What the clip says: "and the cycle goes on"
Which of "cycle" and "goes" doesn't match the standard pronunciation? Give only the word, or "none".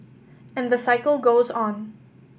none